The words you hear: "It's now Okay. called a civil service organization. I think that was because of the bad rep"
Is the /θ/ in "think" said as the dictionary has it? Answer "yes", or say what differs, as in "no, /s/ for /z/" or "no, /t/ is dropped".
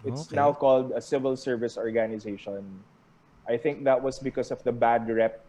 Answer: yes